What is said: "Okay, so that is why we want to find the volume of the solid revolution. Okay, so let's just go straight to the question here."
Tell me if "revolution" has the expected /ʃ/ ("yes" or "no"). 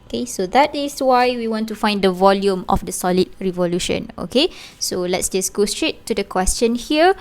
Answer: yes